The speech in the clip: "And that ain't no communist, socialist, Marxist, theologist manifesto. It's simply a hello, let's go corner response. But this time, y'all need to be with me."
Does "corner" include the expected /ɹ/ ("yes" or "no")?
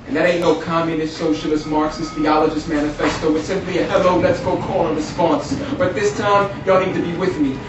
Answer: no